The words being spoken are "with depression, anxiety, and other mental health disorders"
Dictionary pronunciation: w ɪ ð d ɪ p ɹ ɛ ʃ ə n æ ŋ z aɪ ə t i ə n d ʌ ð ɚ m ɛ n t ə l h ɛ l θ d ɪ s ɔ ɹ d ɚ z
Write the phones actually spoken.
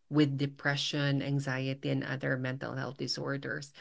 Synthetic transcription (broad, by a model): w ɪ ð d ɪ p ɹ ɛ ʃ ə n æ ŋ z aɪ ə t i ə n ʌ ð ɚ m ɛ n t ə l h ɛ l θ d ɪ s ɔ ɹ d ɚ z